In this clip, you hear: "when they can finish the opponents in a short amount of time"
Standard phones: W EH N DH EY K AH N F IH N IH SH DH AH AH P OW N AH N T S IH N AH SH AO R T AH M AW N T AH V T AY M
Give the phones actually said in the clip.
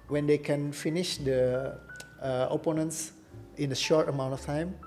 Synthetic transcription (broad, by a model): W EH N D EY K AH N F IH N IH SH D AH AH P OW N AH N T S IH N AH SH AO R T AH M AW N T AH F T AY M